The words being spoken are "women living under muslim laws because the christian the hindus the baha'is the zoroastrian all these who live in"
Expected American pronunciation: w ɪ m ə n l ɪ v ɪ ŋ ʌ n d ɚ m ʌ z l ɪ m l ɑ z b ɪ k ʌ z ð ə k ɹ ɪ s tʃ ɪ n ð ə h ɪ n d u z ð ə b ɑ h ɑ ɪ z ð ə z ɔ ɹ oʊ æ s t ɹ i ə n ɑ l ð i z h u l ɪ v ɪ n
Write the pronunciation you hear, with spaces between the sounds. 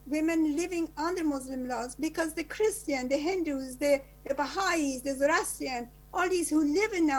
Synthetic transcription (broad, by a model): w ɪ m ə n l ɪ v ɪ ŋ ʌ n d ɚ m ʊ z l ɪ m l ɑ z b ɪ k ʌ z ð ə k ɹ ɪ s tʃ ɪ n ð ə h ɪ n d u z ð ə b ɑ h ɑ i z ð ə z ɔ ɹ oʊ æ s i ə n ɑ l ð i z h u l ɪ v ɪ n